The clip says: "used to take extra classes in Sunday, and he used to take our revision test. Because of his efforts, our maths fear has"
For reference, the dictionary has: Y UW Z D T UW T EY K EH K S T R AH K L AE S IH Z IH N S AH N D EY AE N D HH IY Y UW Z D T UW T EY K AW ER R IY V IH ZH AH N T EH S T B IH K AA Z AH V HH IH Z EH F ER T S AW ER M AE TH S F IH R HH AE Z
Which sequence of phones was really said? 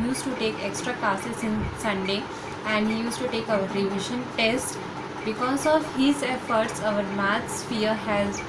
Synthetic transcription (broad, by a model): Y UW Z T UW T EY K EH K S T R AH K AA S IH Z IH N S AH N D EY AE N D HH IY Y UW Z T UW T EY K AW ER R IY V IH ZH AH N T EH S T B IH K AA Z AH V HH IH Z EH F ER T S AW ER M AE T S F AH R HH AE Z